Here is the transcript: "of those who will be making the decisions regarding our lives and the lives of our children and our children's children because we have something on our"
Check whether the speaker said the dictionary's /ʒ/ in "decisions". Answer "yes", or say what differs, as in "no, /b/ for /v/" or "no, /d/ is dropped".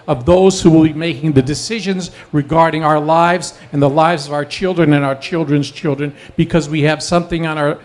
yes